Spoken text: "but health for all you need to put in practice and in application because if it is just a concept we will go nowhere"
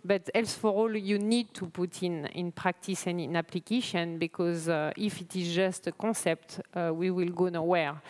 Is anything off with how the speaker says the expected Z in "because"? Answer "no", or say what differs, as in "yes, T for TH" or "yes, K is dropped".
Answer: no